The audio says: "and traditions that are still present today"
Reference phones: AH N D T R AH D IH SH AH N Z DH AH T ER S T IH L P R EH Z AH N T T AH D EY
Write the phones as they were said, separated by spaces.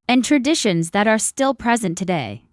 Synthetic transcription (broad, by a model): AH N T R AH D IH SH AH N Z DH AH T ER S T IH L P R EH Z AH N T T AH D EY